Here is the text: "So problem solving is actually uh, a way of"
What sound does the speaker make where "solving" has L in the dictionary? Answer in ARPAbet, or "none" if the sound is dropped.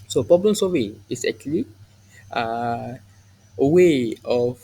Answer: none